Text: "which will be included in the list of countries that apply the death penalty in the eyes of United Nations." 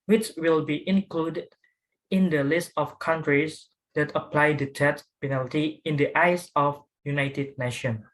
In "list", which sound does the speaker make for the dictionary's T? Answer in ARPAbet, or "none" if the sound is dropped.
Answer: T